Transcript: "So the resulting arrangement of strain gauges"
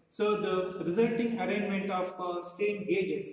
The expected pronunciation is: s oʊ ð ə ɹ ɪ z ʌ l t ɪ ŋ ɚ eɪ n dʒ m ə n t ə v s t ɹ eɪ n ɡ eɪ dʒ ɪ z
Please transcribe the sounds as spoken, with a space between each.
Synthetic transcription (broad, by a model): s oʊ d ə ɹ ɪ z ʌ l t ɪ ŋ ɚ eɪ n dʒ m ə n t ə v s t eɪ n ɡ eɪ dʒ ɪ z